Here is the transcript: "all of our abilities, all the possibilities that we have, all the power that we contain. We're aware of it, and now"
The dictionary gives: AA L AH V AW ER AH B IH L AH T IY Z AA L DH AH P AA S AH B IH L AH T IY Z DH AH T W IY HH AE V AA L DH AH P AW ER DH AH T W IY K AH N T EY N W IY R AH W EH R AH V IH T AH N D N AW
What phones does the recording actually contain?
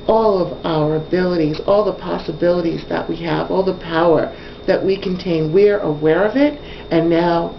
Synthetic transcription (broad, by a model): AA L AH V AW ER AH B IH L AH T IY Z AA L DH AH P AA S AH B IH L AH T IY Z DH AH T W IY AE V AA L DH AH P AW ER DH AH T W IY K AH N T EY N W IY R AH W EH R AH V IH T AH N N AW